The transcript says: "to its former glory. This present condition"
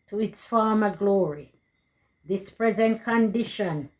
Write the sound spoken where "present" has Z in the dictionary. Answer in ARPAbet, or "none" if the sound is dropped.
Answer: Z